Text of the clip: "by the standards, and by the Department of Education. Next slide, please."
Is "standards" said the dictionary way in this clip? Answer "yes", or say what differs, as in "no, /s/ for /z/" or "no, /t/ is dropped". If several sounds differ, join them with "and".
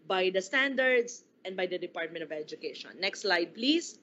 no, /s/ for /z/